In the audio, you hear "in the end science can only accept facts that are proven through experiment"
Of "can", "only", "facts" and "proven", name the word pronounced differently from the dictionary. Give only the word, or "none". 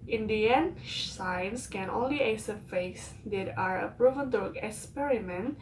facts